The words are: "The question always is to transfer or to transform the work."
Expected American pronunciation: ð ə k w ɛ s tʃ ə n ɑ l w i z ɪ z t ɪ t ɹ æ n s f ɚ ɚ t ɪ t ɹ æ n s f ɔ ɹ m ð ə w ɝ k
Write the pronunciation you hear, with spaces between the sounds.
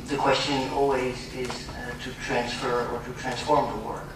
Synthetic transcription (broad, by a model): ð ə k w ɛ s tʃ ə n ɑ l w i z ɪ z t ɪ t ɹ æ n s f ɚ ɚ t ɪ t ɹ æ n s f ɔ ɹ m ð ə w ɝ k